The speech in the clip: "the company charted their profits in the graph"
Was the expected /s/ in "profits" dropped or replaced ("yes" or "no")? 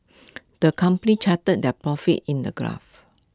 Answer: yes